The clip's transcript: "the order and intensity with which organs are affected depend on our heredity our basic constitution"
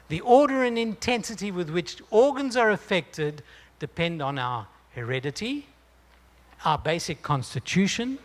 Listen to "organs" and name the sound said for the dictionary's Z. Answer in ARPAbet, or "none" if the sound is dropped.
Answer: Z